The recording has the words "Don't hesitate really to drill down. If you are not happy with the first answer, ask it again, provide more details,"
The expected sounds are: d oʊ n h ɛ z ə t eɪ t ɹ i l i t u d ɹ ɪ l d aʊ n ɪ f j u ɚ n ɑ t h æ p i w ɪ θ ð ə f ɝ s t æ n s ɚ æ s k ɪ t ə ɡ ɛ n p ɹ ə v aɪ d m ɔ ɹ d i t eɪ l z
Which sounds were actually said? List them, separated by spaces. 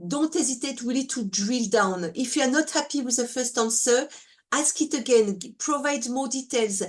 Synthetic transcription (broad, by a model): d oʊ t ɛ z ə t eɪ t w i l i t u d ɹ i l d aʊ n ɪ f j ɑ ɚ n ɑ t h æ p i w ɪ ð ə f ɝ s t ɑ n s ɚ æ s k ɪ t ə ɡ ɛ n p ɹ ə v aɪ d m ɔ d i t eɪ l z